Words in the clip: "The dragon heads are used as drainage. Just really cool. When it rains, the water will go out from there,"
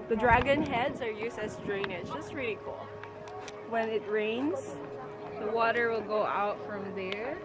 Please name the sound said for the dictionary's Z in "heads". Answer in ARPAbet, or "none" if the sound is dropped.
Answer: Z